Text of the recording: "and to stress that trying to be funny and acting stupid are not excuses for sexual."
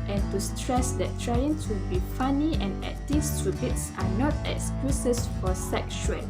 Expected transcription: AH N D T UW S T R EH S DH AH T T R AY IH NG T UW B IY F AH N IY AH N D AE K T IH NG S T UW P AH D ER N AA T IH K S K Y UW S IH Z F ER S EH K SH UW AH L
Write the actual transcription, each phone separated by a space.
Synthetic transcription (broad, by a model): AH N T UW S T R EH S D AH T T R AY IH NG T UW B IY F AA N IY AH N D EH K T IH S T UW B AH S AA N AA T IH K S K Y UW S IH S F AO S EH K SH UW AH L